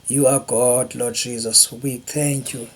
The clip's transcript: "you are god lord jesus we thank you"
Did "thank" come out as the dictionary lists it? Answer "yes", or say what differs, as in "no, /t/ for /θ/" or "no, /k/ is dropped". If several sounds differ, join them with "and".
no, /t/ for /θ/